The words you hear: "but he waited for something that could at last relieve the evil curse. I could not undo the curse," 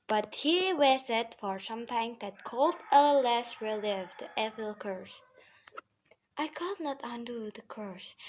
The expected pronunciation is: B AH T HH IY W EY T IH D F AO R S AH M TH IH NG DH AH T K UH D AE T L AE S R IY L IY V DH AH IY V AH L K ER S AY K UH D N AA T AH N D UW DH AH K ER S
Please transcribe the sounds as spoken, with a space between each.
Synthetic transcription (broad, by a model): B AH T HH IY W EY S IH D F AO R S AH M T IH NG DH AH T K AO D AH L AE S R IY L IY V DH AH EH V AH L K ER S AY K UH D N AA T AH N D UW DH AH K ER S